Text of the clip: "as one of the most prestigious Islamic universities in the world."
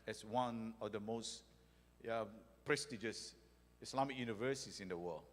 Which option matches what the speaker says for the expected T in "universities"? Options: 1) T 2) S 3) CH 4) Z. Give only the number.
2